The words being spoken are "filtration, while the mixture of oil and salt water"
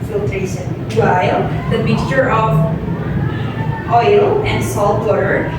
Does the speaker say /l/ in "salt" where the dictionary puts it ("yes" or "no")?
yes